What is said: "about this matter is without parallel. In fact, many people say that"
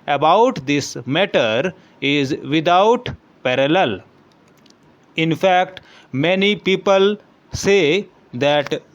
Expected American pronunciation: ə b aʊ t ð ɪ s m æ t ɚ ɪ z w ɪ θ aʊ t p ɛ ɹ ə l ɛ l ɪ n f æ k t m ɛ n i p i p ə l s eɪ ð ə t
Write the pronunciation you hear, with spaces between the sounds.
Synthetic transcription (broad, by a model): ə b aʊ t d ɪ s m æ t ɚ ɪ z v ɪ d aʊ t p ɛ ɹ ə l ɛ l ɪ n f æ k t m ɛ n i p i p ə l s eɪ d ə t